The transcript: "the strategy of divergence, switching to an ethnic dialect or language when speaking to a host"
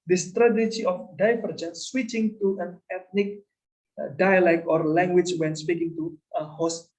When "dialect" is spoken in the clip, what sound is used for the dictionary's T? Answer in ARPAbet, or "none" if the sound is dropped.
none